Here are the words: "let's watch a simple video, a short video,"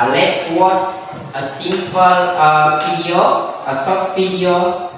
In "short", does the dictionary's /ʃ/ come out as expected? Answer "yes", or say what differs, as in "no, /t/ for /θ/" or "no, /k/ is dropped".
no, /s/ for /ʃ/